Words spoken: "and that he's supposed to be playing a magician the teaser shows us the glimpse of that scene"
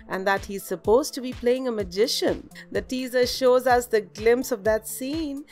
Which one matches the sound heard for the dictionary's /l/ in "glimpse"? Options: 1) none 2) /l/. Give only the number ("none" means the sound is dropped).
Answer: 2